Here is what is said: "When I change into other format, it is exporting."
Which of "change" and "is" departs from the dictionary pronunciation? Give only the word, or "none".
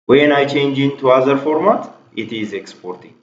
none